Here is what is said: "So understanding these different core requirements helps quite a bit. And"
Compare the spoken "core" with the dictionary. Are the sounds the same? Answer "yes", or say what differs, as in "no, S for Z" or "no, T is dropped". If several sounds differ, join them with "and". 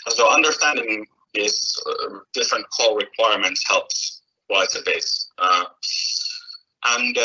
no, L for R